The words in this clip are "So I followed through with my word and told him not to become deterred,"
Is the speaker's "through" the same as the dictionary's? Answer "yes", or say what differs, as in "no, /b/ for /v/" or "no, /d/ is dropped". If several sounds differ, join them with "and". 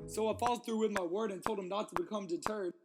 yes